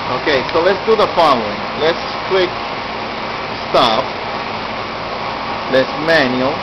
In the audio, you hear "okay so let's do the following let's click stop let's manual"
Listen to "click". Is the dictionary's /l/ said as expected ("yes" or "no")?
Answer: no